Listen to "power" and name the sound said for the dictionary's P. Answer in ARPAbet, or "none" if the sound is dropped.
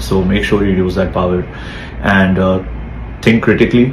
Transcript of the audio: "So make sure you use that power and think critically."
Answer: P